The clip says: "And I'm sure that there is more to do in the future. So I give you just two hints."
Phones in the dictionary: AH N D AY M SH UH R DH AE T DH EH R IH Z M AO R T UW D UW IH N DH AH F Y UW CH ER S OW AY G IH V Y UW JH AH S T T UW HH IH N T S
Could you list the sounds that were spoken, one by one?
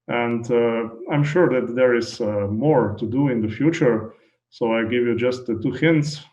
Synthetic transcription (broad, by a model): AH N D AY M SH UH R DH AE T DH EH R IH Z M AO R T UW D UW IH N DH AH F Y UW CH ER S OW AY G IH V Y UW JH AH S T T UW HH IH N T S